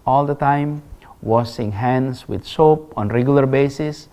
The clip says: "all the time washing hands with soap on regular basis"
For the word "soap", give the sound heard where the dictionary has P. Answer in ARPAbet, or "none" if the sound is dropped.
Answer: P